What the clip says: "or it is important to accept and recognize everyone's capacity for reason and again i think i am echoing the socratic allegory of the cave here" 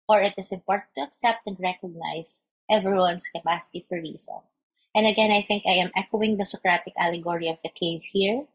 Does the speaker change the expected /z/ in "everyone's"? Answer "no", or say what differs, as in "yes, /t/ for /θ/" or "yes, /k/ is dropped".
yes, /s/ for /z/